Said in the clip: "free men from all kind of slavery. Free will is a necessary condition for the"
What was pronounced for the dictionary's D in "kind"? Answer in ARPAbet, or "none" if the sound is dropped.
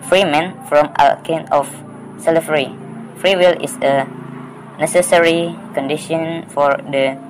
none